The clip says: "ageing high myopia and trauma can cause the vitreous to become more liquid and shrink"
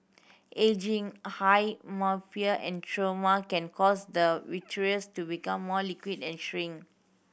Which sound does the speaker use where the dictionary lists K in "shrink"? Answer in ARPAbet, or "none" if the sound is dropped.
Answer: none